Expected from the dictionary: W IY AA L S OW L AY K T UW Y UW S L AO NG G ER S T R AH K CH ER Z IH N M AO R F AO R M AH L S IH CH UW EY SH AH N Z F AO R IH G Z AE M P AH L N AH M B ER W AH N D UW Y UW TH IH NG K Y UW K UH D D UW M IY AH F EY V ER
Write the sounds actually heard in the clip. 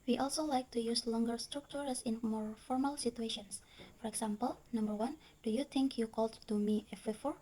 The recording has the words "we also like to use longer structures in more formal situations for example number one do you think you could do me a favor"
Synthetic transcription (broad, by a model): W IY AA L S OW L AY K T UW Y UW S L AO NG G ER S T R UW K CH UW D IH N M AO R F AO R M AH L S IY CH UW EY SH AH N S F AO R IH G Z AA M P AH L N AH M B ER W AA N D UW Y UW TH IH NG K Y UW K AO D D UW M IY AH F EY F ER